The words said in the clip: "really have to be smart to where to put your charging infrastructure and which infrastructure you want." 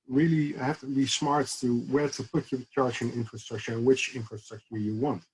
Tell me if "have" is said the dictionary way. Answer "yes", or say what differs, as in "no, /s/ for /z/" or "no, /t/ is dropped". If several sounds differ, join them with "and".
no, /f/ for /v/